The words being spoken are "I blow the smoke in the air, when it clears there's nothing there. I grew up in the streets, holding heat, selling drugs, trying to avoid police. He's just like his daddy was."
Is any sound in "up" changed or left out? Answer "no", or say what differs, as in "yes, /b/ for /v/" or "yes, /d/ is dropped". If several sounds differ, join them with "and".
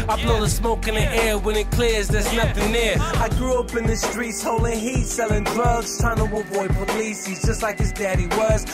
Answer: no